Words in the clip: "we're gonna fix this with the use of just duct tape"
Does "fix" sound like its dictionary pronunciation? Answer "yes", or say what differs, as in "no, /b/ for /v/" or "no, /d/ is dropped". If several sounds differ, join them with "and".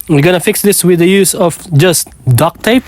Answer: yes